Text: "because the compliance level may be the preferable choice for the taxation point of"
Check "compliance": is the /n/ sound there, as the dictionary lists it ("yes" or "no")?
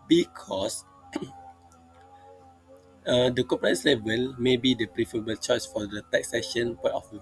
no